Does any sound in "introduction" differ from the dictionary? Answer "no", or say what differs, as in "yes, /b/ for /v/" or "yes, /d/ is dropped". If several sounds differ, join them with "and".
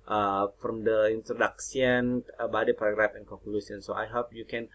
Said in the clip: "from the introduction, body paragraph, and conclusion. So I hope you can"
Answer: yes, /s/ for /ʃ/